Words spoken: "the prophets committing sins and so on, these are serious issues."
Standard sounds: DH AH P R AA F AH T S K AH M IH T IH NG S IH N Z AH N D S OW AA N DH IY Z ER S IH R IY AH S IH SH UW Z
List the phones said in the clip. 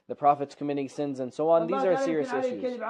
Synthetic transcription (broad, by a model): DH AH P R AA F AH T S K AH M IH T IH S IH N Z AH N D S OW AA N DH IY Z ER S IH R IY AH S IH SH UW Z